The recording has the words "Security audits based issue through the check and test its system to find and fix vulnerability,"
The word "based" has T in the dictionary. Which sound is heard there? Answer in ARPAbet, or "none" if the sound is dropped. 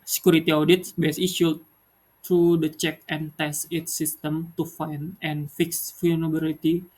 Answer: none